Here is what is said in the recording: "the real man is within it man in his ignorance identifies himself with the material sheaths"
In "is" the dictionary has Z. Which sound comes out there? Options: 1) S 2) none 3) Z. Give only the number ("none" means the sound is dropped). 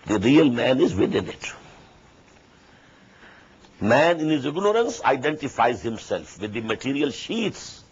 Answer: 3